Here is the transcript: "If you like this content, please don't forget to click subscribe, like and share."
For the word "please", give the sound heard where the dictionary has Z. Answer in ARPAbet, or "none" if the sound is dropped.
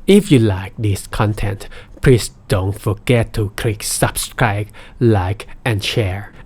S